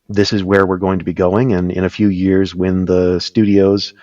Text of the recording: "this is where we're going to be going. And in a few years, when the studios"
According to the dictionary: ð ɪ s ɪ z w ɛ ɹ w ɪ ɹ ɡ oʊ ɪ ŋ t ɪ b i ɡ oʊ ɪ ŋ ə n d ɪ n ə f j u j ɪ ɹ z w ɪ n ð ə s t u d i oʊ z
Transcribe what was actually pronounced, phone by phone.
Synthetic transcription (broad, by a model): ð ɪ s ɪ z w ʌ ɹ w ɪ ɹ ɡ oʊ ɪ ŋ t ɪ b i ɡ oʊ ɪ ŋ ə n ɪ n ə f j u j ɪ ɹ z w ɪ n ð ə s t u d i oʊ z